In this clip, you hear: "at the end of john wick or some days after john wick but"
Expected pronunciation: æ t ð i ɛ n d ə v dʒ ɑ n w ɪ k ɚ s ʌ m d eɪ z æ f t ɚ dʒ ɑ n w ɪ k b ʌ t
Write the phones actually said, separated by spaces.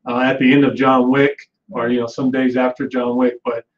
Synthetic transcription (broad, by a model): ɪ t ð i ɛ n d ə v dʒ ɑ n w ɪ k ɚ s ʌ m d eɪ z æ f t ɚ dʒ ɑ n w ɪ k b ʌ t